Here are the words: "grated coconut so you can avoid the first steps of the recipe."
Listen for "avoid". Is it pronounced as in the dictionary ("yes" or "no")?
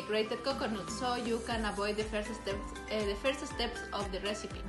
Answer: no